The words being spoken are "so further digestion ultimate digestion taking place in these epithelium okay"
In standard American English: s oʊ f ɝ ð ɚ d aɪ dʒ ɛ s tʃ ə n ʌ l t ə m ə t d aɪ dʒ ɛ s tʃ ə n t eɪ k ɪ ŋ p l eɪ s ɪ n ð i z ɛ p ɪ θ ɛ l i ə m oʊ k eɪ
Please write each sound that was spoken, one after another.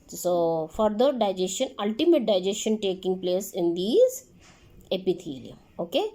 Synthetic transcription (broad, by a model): s oʊ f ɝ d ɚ d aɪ dʒ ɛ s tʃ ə n ʌ l t ə m ə t d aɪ dʒ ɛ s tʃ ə n t eɪ k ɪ ŋ p l eɪ s ɪ n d i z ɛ p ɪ t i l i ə m oʊ k eɪ